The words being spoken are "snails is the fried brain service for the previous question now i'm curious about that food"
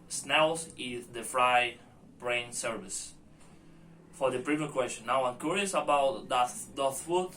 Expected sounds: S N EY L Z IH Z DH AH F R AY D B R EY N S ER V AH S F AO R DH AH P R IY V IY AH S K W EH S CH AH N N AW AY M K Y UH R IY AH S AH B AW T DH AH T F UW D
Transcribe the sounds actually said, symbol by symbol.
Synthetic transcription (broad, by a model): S N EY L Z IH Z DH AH F R AY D B R EY N S ER V AH S F AO R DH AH P R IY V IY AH K W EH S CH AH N N AW AY M K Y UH R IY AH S AH B AW T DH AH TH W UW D